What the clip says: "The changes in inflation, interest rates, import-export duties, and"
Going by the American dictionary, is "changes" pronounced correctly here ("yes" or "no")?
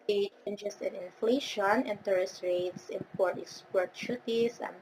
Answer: no